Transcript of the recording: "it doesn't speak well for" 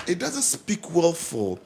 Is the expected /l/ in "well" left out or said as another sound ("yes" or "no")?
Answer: no